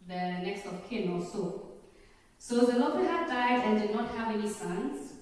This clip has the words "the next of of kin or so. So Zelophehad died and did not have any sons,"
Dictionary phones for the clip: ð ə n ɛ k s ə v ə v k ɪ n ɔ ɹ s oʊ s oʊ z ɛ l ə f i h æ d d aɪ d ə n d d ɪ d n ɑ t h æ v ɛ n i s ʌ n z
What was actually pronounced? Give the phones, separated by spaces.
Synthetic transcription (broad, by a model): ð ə n ɛ k s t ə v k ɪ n ɔ l s oʊ s oʊ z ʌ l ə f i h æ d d aɪ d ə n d d ɪ d n ɑ t h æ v ɛ n i s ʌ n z